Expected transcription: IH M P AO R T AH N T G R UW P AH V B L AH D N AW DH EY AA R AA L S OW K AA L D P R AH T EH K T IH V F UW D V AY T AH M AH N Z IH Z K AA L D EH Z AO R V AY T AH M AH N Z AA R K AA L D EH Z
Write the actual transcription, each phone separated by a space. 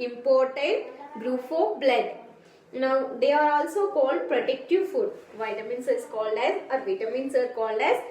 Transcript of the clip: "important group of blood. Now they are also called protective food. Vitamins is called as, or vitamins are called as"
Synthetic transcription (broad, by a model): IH M P AO R T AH N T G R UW F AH B L AH D N AW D EY AA R AA L S OW K AA L D P R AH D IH K T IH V F UW D V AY T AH M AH N S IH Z K AA L D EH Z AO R V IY T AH M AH N S AA R K AA L D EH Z